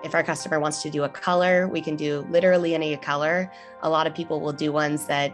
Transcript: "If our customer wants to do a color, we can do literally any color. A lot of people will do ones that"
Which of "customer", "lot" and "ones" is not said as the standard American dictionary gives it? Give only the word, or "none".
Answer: none